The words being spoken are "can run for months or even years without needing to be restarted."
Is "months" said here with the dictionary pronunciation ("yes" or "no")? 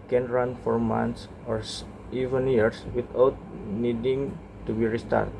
no